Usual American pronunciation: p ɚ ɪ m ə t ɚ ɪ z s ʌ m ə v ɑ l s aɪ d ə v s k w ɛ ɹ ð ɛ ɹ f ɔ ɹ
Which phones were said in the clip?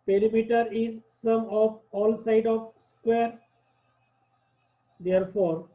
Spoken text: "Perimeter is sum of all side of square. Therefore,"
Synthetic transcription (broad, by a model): p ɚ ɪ m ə t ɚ ɪ z s ʌ m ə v ɑ l s aɪ d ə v s k w ɛ ɹ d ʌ ɹ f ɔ ɹ